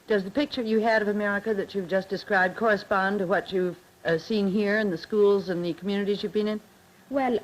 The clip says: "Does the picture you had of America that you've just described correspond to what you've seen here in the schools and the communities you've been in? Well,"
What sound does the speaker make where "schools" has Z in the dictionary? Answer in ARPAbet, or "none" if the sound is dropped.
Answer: Z